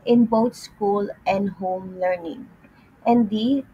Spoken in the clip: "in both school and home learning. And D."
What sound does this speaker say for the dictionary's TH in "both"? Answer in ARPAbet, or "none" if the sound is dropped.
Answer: T